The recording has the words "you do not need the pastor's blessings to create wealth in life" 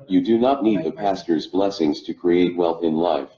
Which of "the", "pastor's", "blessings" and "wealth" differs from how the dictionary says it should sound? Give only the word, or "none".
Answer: none